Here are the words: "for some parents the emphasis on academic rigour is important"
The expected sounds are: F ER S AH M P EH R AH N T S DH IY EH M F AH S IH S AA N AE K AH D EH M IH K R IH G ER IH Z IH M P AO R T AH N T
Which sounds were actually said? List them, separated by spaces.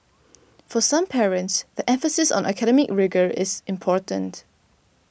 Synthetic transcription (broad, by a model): F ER S AH M P EH R AH N T S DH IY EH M F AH S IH S AA N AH K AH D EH M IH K R IH G ER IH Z IH M P AO R T AH N T